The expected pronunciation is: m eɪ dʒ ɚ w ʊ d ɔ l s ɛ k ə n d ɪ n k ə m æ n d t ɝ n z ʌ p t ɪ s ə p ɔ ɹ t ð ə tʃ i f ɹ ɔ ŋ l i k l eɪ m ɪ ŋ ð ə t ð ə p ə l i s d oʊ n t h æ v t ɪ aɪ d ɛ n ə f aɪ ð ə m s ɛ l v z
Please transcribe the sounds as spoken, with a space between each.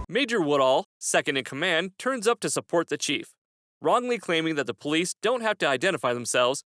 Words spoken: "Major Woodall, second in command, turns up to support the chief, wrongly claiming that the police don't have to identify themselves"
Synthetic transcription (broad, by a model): m eɪ dʒ ɚ w ʊ d ɔ l s ɛ k ə n d ɪ n k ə m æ n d t ɝ n z ʌ p t ɪ s ə p ɔ ɹ t ð ə tʃ i f ɹ ɔ ŋ l i k l eɪ m ɪ ŋ ð ə t ð ə p ə l i s d oʊ n t h æ f t ɪ aɪ d ɛ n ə f aɪ ð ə m s ɛ l v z